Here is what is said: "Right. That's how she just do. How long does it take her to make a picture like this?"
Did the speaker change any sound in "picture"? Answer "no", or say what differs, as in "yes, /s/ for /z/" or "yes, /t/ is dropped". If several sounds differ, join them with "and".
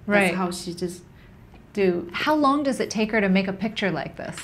no